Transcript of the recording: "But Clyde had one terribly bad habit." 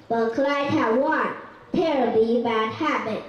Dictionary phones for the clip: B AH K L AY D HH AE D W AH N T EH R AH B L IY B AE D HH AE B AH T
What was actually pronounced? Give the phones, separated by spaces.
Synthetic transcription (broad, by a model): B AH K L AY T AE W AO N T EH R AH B IY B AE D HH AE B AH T